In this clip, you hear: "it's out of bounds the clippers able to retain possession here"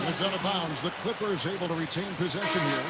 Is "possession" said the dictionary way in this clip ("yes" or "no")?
yes